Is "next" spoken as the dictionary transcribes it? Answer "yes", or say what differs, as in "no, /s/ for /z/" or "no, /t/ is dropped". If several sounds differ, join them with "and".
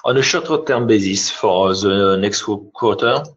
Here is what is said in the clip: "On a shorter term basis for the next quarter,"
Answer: yes